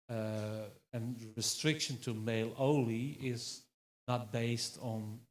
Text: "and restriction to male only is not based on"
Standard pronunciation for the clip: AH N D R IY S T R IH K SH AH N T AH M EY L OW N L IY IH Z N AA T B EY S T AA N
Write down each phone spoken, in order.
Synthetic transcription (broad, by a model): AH N R IY S T R IH K SH AH N T AH M EY L OW L IY IH Z N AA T B EY S T N